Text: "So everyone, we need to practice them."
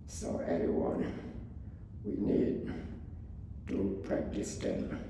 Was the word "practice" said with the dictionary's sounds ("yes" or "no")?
yes